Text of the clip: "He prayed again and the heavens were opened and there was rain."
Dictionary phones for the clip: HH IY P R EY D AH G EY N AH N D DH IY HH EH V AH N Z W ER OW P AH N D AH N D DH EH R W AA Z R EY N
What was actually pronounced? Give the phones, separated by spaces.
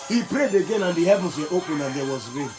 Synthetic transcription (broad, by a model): HH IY P R EY D AH G EY N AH N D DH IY HH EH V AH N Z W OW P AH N AH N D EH W AA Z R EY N